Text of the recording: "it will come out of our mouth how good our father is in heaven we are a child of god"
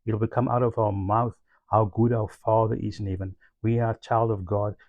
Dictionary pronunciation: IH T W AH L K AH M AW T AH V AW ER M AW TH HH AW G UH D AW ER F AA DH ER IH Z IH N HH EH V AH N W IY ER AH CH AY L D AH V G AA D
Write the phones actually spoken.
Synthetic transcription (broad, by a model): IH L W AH K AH M AW T AH V AW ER M AW TH AW G UH D AW ER F AA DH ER IH Z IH N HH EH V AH N W IY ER AH CH AY L D AH V G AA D